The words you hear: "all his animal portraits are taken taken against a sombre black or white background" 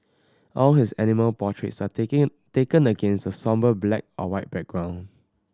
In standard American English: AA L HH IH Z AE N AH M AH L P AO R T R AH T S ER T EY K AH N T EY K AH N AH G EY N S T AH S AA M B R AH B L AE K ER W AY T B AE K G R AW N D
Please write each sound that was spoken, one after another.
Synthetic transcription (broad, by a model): AA L HH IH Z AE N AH M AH L P AO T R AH T S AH T EY K AH N AH G EY N S T AH S AA M B AH B L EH K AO W AY T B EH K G R AW N